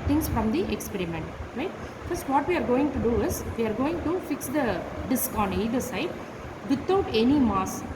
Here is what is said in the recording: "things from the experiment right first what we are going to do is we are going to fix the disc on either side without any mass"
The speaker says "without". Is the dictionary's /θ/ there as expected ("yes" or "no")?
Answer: no